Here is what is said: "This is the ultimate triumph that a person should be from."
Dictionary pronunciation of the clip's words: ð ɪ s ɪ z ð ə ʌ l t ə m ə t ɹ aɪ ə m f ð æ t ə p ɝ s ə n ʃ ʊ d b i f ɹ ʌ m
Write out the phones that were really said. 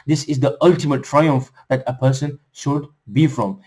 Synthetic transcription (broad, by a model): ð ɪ s ɪ z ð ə ʌ l t ə m ə t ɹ aɪ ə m f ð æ t ə p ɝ s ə n ʃ ʊ d b i f ɹ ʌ m